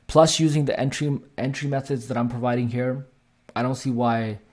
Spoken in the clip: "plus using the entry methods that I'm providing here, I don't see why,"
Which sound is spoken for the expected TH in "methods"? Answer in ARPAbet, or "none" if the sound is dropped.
TH